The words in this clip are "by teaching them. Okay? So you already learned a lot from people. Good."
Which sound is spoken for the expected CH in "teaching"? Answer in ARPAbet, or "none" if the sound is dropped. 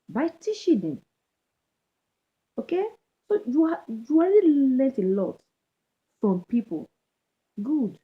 SH